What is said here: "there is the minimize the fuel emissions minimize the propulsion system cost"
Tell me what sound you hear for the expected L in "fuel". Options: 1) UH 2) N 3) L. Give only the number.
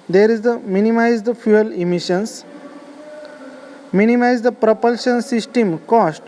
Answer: 3